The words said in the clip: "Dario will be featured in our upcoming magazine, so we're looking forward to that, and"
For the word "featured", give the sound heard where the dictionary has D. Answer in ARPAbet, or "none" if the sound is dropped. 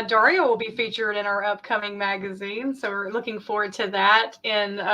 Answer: D